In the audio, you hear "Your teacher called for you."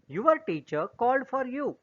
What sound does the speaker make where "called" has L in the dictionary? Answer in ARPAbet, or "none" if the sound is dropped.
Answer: L